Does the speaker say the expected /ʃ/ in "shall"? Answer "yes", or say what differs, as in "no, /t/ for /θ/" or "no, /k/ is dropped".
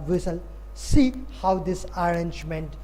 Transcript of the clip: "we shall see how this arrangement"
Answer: no, /s/ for /ʃ/